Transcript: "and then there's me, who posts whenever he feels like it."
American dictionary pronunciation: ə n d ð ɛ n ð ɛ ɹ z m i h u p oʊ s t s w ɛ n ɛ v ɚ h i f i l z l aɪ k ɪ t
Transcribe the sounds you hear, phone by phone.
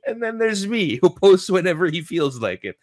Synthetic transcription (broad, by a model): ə n ð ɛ n ð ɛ ɹ z m i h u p oʊ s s w ɛ n ɛ v ɚ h i f i l z l aɪ k ɪ t